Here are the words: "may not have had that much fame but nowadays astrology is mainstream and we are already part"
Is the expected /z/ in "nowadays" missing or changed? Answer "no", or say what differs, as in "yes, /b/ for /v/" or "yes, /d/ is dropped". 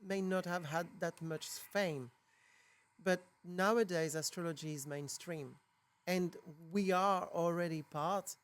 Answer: no